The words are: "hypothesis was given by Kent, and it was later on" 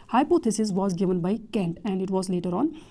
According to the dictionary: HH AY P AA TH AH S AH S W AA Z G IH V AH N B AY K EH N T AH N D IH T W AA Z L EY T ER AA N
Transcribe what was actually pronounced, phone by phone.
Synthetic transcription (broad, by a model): HH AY P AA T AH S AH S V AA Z G IH V AH N B AY K EH N T AH N D IH T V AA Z L EY T ER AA N